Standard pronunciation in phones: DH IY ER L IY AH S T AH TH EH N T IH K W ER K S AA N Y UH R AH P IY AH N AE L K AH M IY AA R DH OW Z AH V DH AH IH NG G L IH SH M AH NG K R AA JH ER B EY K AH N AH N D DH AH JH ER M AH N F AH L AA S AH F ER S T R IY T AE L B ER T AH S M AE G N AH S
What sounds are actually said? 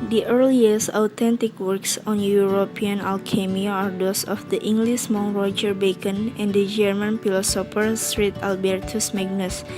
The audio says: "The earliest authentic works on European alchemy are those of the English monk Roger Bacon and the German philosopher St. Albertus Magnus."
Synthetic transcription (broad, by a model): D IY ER L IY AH S AH T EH N T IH K W ER K S AA N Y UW R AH P IY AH N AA L K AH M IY AA R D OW S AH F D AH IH NG G L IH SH M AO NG R AA JH ER B EY K AH N AH N D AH JH ER M AH N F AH L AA S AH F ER S T R IY T AE L B ER T AH S M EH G N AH S